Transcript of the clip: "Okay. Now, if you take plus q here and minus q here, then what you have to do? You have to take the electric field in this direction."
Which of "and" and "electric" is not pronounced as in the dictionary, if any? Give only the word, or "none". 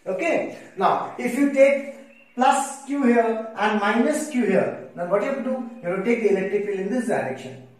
electric